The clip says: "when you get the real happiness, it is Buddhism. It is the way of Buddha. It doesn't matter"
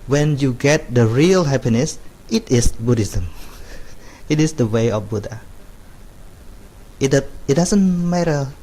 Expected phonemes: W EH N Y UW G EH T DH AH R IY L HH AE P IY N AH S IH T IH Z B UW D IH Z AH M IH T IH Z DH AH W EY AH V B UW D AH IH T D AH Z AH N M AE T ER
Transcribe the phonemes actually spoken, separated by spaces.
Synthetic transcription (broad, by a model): W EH N Y UW G EH T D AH R IY L HH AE P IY N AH S IH T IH S B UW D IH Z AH M IH T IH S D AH W EY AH F B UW D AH IH T D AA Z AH N M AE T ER